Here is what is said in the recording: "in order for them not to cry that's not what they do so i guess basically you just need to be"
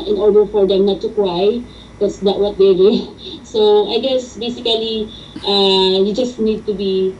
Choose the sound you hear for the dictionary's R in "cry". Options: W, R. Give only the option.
W